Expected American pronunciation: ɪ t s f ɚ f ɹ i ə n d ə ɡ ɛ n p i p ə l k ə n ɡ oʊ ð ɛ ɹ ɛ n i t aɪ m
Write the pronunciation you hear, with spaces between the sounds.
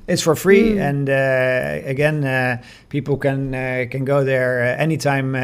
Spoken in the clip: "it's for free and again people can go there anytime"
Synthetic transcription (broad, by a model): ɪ t s f ɚ f ɹ i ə n ə ɡ ɛ n p i p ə n k ə n ɡ oʊ ð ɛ ɹ ɛ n i t aɪ m